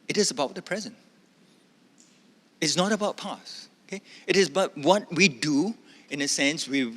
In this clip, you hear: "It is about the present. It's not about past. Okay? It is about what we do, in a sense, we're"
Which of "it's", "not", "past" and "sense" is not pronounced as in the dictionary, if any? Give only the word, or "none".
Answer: past